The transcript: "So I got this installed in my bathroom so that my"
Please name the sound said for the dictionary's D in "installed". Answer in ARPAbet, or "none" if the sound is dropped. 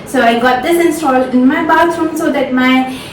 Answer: none